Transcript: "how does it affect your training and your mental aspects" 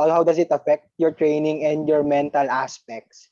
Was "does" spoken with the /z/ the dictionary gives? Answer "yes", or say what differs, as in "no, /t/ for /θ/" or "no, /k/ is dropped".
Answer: no, /s/ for /z/